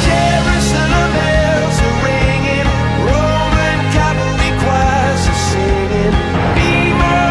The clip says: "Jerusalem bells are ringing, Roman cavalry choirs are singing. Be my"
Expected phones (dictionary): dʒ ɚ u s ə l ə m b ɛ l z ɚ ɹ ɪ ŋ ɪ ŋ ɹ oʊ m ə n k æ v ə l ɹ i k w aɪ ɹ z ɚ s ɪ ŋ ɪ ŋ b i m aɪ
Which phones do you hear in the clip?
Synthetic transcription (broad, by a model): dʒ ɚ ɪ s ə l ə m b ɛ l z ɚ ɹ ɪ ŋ ɪ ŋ ɹ oʊ m ə n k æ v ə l i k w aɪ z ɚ s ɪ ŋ ɪ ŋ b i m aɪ